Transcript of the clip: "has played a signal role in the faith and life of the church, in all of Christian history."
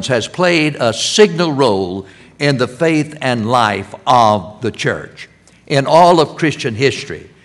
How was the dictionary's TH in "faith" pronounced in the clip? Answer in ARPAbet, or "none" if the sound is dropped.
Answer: TH